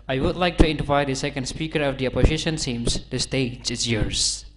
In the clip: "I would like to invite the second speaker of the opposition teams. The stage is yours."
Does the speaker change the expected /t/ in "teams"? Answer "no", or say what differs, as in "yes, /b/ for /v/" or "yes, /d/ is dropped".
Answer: yes, /s/ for /t/